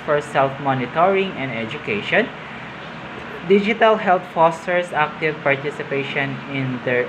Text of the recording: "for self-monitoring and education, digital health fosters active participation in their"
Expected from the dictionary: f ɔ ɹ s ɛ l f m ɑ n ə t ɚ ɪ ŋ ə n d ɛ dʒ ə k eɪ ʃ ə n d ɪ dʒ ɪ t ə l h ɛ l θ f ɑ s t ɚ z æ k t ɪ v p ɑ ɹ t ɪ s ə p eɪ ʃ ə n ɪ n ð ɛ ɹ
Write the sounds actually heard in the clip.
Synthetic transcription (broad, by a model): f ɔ ɹ s ɛ l f m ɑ n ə t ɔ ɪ ŋ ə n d ɛ dʒ ə k eɪ ʃ ə n d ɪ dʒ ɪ t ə l h ɛ l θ f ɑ s t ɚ s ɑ k t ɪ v p ɑ ɹ t ɪ s ə p eɪ ʃ ə n ɪ n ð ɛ ɹ